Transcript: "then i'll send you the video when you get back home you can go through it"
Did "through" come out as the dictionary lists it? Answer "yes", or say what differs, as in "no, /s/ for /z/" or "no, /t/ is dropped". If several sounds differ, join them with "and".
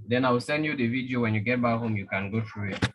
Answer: no, /t/ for /θ/